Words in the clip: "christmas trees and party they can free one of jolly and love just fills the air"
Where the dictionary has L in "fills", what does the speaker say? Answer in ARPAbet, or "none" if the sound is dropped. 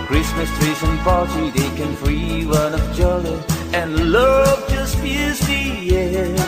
none